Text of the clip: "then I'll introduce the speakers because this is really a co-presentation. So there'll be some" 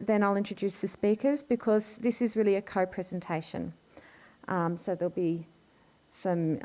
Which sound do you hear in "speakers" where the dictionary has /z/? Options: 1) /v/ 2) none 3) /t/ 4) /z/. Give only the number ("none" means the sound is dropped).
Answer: 4